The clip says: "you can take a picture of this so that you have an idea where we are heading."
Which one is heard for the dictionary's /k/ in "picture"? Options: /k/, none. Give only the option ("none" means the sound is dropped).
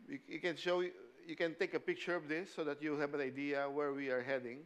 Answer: /k/